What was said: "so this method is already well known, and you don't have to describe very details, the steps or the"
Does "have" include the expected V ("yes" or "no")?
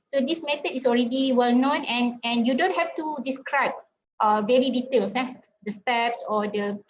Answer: no